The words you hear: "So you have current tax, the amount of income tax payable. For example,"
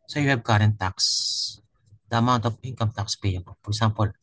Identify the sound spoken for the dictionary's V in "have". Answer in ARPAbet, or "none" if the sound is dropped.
B